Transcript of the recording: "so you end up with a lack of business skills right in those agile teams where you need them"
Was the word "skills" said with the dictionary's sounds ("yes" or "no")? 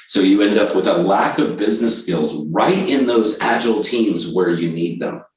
yes